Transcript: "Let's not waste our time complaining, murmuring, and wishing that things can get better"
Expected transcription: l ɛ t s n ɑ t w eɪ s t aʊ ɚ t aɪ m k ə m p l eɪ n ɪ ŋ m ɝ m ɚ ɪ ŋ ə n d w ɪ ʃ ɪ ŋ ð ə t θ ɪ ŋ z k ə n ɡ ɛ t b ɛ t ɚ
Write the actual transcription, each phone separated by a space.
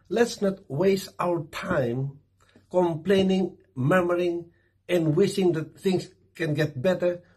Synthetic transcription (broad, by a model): l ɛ t s n ɑ t w eɪ s t aʊ ɚ t aɪ m k ə m p l eɪ n ɪ ŋ m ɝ m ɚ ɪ ŋ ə n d w ɪ ʃ ɪ ŋ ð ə t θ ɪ ŋ s k ə n ɡ ɛ t b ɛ t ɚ